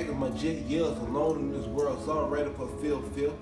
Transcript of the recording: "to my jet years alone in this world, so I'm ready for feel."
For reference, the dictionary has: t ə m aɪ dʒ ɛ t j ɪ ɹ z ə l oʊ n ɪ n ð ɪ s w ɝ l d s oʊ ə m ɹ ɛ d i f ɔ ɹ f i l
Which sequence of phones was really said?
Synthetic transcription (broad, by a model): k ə m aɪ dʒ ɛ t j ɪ l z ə l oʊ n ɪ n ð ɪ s w ɝ l d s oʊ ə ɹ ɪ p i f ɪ l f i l